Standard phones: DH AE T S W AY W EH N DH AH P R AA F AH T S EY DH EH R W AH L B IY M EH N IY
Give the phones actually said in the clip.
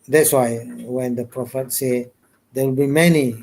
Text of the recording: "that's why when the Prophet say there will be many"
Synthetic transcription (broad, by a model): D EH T S W AY W EH N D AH P R AA F AH T S EY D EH W AH L B IY M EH N IY